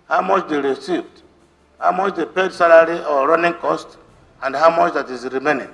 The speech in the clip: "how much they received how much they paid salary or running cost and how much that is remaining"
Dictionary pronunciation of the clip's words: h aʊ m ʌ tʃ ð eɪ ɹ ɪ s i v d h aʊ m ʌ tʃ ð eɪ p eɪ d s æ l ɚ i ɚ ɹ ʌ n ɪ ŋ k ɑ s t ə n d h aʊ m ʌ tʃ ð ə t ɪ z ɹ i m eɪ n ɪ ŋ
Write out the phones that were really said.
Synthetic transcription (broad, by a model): h aʊ m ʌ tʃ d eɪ ɹ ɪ s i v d h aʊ m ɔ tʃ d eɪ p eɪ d s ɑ l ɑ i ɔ ɹ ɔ n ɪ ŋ k ɑ s t ə n d h aʊ m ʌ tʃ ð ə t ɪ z ɹ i m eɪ n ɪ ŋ